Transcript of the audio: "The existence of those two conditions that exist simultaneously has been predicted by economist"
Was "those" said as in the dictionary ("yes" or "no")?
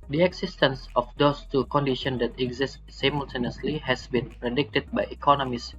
no